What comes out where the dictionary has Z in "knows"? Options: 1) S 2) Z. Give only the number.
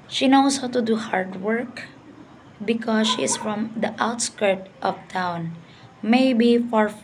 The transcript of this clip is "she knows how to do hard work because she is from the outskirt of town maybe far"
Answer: 1